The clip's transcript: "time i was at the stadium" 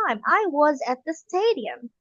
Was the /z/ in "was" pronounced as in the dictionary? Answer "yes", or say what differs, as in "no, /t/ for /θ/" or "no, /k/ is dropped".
yes